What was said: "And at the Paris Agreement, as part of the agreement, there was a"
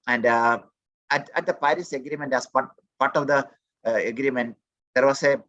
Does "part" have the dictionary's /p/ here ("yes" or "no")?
yes